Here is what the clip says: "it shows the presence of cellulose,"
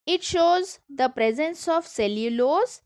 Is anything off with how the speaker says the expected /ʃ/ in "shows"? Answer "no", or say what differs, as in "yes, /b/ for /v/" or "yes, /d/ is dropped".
no